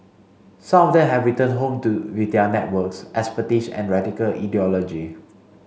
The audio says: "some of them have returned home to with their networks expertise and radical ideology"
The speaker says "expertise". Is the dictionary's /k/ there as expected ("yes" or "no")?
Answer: no